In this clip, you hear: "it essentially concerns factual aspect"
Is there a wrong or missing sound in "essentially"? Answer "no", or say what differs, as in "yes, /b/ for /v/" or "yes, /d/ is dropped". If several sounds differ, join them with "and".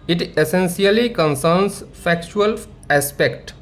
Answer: yes, /s/ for /ʃ/